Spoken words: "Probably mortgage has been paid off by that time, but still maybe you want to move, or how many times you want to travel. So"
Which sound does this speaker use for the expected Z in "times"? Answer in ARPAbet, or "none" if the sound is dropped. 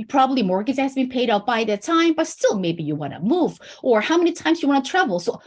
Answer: Z